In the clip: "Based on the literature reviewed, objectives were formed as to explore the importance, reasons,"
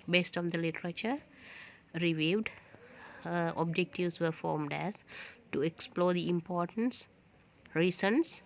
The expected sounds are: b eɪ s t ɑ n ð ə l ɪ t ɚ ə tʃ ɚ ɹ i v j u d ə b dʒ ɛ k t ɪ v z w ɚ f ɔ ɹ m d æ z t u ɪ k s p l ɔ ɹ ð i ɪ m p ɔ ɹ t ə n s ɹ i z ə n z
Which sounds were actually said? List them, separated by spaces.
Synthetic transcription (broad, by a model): b eɪ s t ɑ n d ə l ɪ t ɚ ə tʃ ɚ ɹ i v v d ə b dʒ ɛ k t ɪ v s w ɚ f ɔ ɹ m d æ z t u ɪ k s p l ɔ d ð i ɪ m p ɔ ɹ t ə n s ɹ i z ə n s